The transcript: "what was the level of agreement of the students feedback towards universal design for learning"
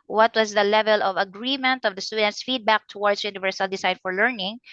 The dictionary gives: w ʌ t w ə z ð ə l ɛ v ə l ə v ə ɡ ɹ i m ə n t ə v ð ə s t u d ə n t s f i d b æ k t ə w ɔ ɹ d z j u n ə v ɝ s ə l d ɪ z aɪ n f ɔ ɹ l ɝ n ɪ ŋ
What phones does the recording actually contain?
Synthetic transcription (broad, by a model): w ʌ t w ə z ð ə l ɛ v ə l ə v ə ɡ ɹ i m ə n t ə v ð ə s t u d ə n t s f i d b æ k t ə w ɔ ɹ d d j u n ə v ɝ s ə l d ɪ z aɪ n f ɔ ɹ l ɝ n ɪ ŋ